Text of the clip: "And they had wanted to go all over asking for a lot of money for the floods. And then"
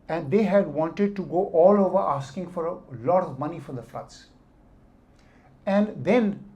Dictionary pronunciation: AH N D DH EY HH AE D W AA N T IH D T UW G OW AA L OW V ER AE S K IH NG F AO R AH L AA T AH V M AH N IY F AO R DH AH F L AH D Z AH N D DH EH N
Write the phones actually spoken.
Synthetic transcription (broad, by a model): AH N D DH EY HH AE D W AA N T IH D T UW G OW AA L OW V ER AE S K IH NG F AO R AH L AA T AH V M AH N IY F AO R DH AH F L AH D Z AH N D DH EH N